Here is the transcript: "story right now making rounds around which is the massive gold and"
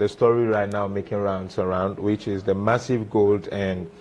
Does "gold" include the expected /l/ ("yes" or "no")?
yes